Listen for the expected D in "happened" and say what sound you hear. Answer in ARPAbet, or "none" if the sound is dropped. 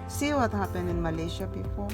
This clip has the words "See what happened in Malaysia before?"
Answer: none